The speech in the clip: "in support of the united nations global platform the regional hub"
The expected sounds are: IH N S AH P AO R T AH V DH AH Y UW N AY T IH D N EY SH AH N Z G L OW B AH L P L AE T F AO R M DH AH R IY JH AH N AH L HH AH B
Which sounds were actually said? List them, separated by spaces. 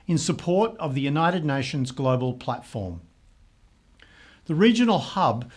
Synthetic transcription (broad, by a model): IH N S AH P AO R T AH V DH AH Y UW N AY T IH D N EY SH AH N Z G L OW B AH L P L AE T F AO R M DH AH R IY JH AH N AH L HH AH B